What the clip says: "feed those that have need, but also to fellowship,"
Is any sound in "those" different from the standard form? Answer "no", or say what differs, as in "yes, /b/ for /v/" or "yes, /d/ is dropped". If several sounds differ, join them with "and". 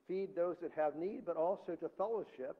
no